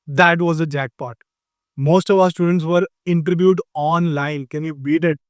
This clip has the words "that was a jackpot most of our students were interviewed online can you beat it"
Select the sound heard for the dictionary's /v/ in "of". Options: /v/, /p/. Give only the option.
/v/